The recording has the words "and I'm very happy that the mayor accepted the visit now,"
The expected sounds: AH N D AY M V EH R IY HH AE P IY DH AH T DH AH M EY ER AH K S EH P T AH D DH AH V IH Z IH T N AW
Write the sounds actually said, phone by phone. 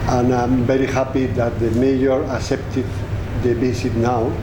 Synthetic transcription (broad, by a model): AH N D AY M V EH R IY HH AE P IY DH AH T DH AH M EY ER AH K S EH P T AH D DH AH B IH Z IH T N AW